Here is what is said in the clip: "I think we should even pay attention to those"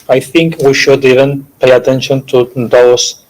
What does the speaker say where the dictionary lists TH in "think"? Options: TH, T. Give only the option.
TH